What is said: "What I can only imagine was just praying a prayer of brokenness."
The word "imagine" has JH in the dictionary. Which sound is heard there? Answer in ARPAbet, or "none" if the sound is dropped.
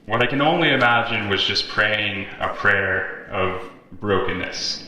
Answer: JH